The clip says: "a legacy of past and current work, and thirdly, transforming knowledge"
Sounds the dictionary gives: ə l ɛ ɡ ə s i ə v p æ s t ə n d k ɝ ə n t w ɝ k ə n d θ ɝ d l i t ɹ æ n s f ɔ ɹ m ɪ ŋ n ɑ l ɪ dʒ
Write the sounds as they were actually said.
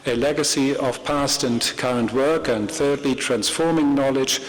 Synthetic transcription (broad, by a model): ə l ɛ ɡ ə s i ə v p æ s t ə n k ɝ ə n t w ɝ k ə n θ ɝ d l i t ɹ æ n s f ɔ ɹ m ɪ ŋ n ɑ l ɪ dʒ